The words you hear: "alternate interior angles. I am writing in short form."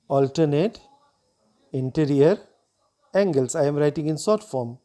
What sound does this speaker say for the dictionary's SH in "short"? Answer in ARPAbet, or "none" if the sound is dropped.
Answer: S